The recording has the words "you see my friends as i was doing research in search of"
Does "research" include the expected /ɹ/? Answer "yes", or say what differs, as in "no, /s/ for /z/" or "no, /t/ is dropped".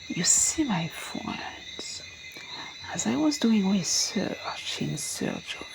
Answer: no, /w/ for /ɹ/